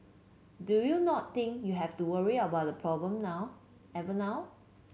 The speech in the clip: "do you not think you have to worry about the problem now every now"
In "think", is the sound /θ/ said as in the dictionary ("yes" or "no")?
no